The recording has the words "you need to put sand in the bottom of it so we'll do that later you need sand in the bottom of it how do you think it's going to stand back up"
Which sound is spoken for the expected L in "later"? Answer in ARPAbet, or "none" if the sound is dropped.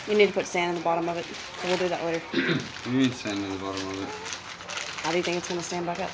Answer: W